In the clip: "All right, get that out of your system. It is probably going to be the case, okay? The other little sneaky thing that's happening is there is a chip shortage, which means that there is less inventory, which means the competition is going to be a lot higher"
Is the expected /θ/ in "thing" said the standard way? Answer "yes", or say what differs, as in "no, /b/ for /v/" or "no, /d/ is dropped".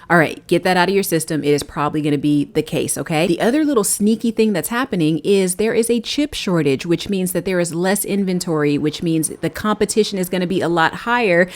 yes